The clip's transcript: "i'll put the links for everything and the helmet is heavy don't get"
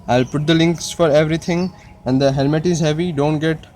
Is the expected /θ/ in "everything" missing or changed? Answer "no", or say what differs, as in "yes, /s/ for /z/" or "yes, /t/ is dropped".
yes, /t/ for /θ/